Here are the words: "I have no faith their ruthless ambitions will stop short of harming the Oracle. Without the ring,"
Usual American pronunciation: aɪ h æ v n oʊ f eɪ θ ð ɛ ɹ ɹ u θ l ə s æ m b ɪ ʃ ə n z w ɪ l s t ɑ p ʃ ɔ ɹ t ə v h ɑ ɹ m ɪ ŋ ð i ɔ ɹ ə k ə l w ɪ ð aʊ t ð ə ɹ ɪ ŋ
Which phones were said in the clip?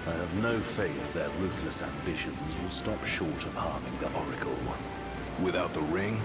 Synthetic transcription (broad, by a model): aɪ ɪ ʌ v n oʊ f eɪ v ð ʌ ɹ ɹ u θ l ə s æ m b ɪ ʃ ə n z w ɪ l s t ɑ p ʃ ɔ ɹ t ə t h ɑ ɹ m ɪ ŋ ð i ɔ ɹ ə k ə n w ɪ ð aʊ t ð ə ɹ ɪ ŋ